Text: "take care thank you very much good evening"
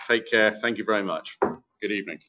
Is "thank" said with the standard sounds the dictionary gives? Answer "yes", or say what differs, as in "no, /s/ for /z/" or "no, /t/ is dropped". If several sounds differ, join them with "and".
yes